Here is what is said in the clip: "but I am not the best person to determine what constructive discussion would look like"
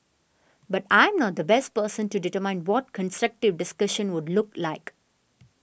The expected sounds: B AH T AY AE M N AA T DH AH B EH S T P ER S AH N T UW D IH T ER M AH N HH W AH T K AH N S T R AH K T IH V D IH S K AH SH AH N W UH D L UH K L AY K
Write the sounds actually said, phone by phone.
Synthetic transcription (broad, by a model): B AH T AY M N AA T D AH B EH S T P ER S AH N T UW D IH T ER M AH N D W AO T K AH N S T R AH K T IH V D IH S K AH SH AH N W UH D L UH K L AY K